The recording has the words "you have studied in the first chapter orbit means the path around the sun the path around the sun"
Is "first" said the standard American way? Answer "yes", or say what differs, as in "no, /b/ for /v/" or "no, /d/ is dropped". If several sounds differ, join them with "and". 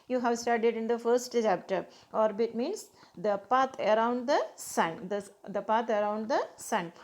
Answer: yes